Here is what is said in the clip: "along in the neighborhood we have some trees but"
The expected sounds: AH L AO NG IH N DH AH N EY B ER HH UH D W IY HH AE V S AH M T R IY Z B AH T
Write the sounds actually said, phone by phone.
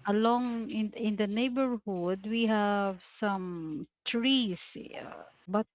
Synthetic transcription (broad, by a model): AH L AO NG IH N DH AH N EY B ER HH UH D W IY HH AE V S AH M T R IY S B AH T